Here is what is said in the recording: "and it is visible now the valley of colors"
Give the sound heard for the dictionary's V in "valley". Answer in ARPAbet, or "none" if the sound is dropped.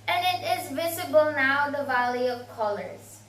V